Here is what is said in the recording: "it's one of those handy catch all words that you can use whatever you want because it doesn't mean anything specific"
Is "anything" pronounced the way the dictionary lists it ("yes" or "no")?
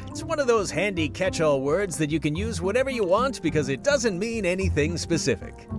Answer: yes